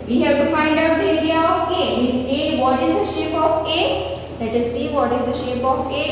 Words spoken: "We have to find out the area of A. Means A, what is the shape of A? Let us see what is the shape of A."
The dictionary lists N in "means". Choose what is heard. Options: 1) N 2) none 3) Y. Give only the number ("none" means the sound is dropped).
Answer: 2